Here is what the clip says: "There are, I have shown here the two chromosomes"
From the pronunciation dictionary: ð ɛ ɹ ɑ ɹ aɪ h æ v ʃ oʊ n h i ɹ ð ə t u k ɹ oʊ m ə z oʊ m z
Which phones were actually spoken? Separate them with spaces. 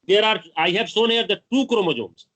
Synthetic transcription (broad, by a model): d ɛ ɹ ɑ ɹ aɪ h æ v s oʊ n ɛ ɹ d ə t u k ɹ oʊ m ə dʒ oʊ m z